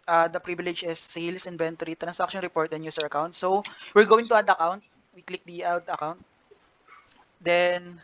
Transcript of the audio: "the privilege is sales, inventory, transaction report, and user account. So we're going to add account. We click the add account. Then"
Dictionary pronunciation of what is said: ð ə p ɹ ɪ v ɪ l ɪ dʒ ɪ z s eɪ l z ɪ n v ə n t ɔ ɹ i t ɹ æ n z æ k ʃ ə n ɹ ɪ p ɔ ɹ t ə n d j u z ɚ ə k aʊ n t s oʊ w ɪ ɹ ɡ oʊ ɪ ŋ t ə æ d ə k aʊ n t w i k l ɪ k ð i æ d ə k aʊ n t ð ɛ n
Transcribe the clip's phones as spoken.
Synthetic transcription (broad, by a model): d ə p ɹ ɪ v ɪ l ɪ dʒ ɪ s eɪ l s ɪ n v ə n t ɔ ɹ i t ɹ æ n s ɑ k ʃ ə n ɹ ɪ p ɔ ɹ t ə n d j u s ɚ ə k aʊ n t s oʊ w ɪ ɹ ɡ oʊ ɪ ŋ t ə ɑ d ə k aʊ n t w i k l ɪ k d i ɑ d ə k aʊ n t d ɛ n